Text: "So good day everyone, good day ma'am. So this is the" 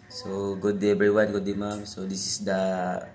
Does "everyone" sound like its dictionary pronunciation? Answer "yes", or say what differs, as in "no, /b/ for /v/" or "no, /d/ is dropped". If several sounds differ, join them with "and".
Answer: no, /v/ is dropped